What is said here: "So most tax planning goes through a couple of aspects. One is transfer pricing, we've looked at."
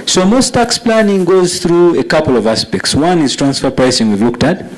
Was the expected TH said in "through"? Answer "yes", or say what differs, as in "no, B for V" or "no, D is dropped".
yes